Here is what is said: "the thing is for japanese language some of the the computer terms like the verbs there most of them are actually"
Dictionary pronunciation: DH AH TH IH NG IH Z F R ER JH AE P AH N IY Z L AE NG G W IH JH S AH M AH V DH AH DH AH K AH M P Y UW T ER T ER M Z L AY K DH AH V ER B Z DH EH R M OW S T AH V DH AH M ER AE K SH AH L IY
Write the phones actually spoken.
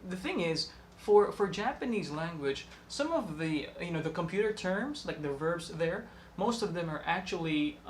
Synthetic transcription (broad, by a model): DH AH TH IH NG IH Z F R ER JH AE P AH N IY Z L AE NG G W IH JH S AH M AH V DH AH DH AH K AH M P Y UW T ER T ER M Z L AY K DH AH V ER B Z DH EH R M OW S T AH V DH AH M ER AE K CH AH L IY